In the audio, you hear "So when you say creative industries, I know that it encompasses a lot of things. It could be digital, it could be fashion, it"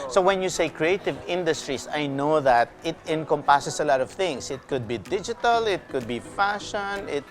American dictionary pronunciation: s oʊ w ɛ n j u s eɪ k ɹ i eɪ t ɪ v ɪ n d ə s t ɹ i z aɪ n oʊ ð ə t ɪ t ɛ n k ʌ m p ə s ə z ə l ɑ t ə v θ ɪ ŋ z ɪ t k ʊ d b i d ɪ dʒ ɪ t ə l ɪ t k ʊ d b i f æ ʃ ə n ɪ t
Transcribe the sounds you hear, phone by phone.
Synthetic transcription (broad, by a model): s oʊ w ɛ n j u s eɪ k ɹ i eɪ t ɪ v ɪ n d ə s t ɹ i s aɪ n oʊ ð ə t ɪ t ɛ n k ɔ m p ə s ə s ə l ɑ t ə v θ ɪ ŋ s ɪ t k ʊ d b i d ɪ dʒ ɪ t ə l ɪ t k ʊ d b i f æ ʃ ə n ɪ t